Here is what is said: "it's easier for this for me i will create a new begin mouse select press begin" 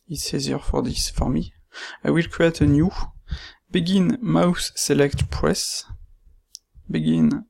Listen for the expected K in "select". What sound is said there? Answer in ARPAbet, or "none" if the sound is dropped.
K